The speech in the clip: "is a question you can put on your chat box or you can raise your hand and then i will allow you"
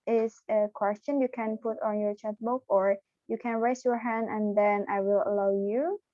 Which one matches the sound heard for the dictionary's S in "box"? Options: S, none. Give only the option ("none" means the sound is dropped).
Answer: none